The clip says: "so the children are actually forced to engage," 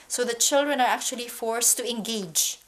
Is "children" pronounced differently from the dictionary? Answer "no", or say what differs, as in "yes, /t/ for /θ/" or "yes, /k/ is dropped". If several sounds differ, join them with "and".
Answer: no